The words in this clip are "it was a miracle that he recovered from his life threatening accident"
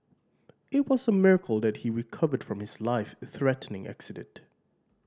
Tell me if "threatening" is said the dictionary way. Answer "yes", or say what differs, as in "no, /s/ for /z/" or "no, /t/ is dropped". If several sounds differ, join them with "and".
yes